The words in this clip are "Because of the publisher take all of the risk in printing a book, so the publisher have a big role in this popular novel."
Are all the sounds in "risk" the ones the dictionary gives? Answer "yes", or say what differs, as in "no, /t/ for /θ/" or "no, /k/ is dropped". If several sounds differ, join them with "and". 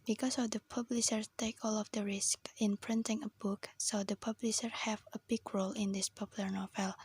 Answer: yes